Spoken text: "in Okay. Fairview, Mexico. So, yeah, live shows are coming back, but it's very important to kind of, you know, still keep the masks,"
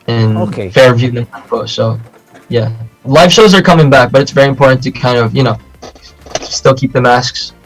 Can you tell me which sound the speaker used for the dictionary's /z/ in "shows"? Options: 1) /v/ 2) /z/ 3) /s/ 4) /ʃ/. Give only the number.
2